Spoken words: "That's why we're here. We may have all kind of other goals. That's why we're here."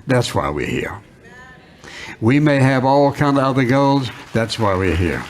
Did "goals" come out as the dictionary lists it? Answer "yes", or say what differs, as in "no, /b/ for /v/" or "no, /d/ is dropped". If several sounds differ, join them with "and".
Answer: yes